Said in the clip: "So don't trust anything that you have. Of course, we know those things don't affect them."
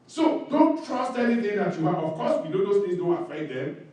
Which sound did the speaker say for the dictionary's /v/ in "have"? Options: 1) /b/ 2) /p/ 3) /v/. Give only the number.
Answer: 1